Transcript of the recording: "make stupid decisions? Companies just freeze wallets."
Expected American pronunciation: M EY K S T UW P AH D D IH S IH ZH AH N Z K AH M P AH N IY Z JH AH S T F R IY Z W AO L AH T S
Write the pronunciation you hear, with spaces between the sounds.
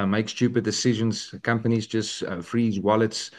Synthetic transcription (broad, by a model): M EY K S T UW P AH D D IH S IH ZH AH N Z K AH M P AH N IY Z JH AH S T F R IY Z W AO L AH T S